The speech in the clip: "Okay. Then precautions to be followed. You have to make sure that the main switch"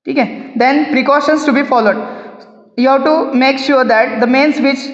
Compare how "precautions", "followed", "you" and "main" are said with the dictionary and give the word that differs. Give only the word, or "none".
precautions